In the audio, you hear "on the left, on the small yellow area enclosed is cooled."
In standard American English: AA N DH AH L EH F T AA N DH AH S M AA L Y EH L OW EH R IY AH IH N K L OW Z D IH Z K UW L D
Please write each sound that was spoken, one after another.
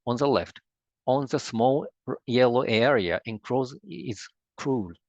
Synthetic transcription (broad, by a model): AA N DH AH L EH F T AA N DH AH S M AA L Y EH L OW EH R IY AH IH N K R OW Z IH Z K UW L